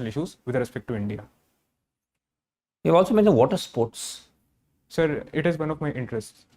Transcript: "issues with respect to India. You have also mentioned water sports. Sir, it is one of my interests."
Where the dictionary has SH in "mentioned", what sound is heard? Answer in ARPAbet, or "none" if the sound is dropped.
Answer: none